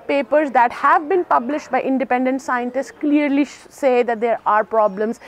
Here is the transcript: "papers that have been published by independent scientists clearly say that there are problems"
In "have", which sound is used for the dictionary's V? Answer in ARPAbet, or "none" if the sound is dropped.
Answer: V